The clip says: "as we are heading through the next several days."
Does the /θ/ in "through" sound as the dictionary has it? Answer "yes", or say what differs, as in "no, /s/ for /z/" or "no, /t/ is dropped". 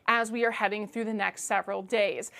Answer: yes